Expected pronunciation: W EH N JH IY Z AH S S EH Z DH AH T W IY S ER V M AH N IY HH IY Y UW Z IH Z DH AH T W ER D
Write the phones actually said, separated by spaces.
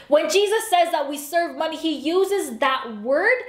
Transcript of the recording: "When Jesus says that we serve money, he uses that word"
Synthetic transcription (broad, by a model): W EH N JH IY Z AH S S EH Z DH AH T W IY S ER V M AH N IY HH IY Y UW Z IH Z DH AH T W ER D